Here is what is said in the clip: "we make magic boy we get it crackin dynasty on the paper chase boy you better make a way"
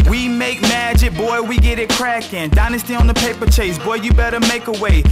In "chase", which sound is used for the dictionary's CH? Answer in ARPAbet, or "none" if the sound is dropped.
CH